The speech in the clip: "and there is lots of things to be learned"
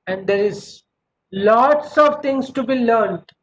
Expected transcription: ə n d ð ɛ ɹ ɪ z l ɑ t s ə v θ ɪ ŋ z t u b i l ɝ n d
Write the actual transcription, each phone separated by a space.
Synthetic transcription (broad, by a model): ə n d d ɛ ɹ ɪ z l ɑ t s ə v t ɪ ŋ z t u b i l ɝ n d